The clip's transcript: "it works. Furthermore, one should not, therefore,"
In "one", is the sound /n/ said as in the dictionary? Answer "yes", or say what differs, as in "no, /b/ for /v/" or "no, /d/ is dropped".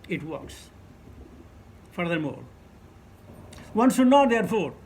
yes